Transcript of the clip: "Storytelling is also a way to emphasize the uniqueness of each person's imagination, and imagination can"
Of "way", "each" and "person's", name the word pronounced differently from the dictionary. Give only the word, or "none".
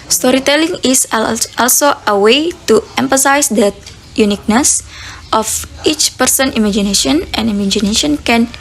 person's